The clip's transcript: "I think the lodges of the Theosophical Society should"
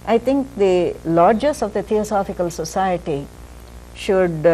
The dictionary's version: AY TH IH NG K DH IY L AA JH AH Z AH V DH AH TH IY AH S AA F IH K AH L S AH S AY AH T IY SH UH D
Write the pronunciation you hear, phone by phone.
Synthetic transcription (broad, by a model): AY T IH NG K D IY L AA JH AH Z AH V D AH T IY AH S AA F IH K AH L S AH S AY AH T IY SH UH D